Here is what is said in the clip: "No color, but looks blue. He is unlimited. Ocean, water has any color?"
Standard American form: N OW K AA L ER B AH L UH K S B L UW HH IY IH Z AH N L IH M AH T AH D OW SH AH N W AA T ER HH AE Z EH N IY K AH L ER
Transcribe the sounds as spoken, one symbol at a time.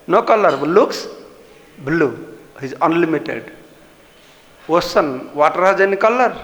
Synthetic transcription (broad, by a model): N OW K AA L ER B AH L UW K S B L UW HH IY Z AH N L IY M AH T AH D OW S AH N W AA T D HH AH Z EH N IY K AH L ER